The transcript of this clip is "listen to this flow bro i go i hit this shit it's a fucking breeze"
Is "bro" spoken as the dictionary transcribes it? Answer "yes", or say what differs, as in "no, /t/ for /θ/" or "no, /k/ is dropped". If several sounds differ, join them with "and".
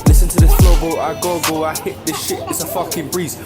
no, /ɹ/ is dropped